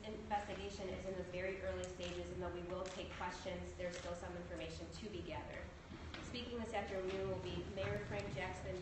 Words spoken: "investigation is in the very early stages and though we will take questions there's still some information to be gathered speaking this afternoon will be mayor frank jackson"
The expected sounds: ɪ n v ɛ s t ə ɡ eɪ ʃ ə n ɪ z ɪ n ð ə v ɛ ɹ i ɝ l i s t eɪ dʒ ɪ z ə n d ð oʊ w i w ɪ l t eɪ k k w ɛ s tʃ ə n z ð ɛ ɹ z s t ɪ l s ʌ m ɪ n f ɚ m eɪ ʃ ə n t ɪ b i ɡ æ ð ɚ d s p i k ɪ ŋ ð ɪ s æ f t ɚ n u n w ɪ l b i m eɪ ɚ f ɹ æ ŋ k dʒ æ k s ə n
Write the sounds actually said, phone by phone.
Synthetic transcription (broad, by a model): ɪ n v ɛ s t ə ɡ eɪ ʃ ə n ɪ z ɪ n ð ə v ɛ ɹ i ɝ l i s t eɪ dʒ ɪ z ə n ð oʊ w i w ɪ l t eɪ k k w ɛ s tʃ ə n z ð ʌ ɹ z s t ɪ l s ʌ m ɪ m f ɚ m eɪ ʃ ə n t ɪ b i ɡ æ ð ɚ d s p i k ɪ ŋ ð ɪ s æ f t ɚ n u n w ɪ l b i m eɪ ɚ f ɹ æ ŋ k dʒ æ k s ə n